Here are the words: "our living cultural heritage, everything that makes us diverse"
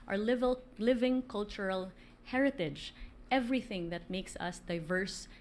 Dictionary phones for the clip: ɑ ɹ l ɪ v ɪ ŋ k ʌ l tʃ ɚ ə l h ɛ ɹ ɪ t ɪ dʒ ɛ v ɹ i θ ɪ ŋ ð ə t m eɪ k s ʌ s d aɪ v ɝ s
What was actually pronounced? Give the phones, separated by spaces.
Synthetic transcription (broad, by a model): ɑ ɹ l ɪ v ɪ ŋ k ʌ l tʃ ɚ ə l h ɛ ɹ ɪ t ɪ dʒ ɛ v ɹ i θ ɪ ŋ ð ə t m eɪ k s ʌ s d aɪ v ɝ s